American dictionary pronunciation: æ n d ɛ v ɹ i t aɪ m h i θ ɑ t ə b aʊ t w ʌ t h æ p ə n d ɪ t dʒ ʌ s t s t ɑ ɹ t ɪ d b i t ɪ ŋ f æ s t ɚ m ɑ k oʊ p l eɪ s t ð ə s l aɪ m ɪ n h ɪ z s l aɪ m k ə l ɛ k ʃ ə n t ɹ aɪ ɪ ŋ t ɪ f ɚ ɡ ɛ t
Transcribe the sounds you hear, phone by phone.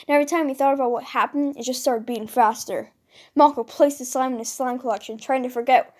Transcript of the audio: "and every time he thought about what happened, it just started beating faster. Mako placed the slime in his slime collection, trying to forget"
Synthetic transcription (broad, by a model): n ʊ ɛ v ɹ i t aɪ m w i θ ɑ t ə b aʊ t w ʌ t h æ p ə n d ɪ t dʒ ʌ s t s t ɑ ɹ t ɪ d b i ɪ ŋ f æ s t ɚ m ɑ k oʊ p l eɪ s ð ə s aɪ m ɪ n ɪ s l aɪ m k ə l ɛ k ʃ ə n t ɹ aɪ ɪ ŋ t ɪ f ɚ ɡ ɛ t